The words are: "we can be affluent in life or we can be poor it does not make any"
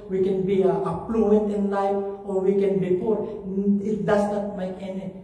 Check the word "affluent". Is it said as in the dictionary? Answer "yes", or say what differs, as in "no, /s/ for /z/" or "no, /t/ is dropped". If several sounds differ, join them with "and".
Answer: no, /p/ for /f/